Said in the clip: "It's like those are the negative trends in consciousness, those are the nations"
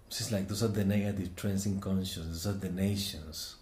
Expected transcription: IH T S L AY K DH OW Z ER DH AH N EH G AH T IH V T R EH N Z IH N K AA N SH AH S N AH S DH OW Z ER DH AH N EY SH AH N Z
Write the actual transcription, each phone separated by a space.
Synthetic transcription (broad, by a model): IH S L AY K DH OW S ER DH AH N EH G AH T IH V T R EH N S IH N K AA N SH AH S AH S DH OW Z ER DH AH N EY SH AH N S